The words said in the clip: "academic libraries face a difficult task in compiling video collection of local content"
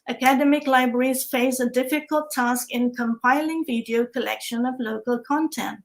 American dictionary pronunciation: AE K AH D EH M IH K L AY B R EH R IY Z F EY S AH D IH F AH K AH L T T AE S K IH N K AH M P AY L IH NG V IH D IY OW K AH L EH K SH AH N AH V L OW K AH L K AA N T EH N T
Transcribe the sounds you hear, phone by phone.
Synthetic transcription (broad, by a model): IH K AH D EH M IH K L AY B R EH R IY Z F EY S AH D IH F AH K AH L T T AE S K IH N K AH M P AY L IH NG V IH D IY OW K AH L EH K SH AH N AH V L OW K AH L K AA N T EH N T